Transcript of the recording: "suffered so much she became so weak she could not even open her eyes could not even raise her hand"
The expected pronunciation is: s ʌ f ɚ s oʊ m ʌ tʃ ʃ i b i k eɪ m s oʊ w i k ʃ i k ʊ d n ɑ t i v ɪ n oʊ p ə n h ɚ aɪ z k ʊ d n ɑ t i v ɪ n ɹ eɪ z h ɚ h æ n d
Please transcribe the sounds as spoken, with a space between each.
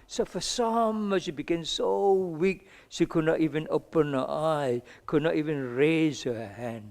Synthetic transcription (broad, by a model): s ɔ f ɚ s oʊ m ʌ ʃ i b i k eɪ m s oʊ w i k ʃ i k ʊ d n ɑ t i v ɪ n oʊ p ə n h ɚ aɪ k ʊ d n ɑ t i v ɪ n ɹ eɪ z h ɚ h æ n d